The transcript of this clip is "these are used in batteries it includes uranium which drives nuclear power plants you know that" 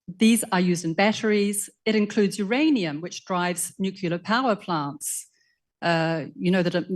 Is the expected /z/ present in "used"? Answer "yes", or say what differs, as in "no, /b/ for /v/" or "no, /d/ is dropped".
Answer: yes